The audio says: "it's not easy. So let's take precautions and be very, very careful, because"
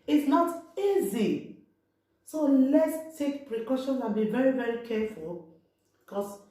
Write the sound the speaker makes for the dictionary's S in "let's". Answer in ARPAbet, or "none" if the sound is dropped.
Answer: S